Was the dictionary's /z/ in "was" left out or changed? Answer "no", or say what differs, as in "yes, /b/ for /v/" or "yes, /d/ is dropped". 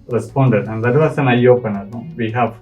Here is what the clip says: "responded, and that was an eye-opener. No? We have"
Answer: yes, /s/ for /z/